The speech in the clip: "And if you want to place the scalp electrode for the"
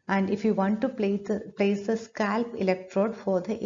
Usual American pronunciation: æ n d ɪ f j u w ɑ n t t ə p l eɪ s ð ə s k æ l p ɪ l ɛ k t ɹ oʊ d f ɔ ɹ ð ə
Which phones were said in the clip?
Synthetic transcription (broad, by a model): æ n d ɪ f j u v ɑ n t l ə p l eɪ s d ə s k æ l p ɪ l ɛ k t ɹ oʊ d f ɔ ɹ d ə